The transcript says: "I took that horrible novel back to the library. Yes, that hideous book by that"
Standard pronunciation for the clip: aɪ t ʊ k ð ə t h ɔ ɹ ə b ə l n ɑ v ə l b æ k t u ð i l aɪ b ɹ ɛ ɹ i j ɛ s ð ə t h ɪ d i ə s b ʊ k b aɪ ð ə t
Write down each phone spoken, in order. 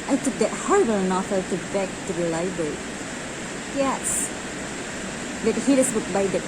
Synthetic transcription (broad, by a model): aɪ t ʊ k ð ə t h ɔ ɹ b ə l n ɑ f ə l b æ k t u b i l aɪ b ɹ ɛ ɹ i j ɛ s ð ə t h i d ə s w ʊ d b aɪ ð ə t